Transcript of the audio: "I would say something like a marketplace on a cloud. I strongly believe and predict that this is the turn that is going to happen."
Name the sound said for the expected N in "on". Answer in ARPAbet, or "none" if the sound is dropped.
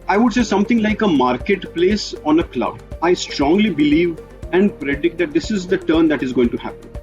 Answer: N